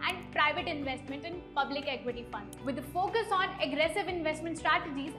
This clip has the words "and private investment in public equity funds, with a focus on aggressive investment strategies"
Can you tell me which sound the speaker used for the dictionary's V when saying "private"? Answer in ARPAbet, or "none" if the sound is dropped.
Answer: V